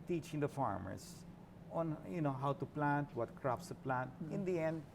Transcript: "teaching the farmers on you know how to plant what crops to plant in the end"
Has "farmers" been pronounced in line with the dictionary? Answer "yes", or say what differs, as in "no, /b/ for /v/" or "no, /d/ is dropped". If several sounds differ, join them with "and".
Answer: no, /s/ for /z/